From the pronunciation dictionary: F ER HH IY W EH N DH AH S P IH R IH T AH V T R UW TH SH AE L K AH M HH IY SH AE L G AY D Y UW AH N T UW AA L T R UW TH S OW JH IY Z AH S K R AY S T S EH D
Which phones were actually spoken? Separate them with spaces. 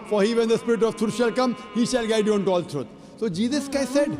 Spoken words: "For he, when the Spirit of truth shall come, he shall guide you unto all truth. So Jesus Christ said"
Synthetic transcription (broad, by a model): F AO HH IY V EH N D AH S P IH R IH T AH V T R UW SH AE L K AH M HH IY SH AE L G AY D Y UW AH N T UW AA L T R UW T S OW JH IY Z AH S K AY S S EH D